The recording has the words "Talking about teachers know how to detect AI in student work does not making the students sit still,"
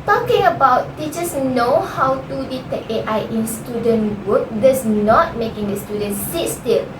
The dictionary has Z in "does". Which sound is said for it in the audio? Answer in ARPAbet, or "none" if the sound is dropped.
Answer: S